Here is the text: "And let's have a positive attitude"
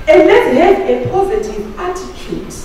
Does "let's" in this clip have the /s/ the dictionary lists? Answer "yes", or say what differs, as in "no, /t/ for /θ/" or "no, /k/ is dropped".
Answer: no, /s/ is dropped